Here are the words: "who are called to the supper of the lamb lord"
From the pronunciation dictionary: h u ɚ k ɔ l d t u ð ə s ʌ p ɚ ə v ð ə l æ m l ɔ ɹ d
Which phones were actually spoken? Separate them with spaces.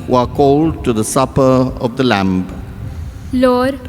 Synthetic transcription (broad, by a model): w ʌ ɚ k ɔ l d t u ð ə s ʌ p ɚ ə v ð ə l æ m l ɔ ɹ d